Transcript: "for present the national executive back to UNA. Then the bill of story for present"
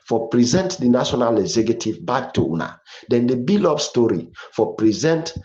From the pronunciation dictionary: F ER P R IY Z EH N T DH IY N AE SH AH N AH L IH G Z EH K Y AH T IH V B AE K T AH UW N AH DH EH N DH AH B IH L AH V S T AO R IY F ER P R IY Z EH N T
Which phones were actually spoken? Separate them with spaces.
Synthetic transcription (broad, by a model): F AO P R IY Z EH N T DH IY N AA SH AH N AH L IH G Z EH K Y AH T IH V B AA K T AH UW N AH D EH N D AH B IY L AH P S T AO R IY F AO P R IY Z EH N T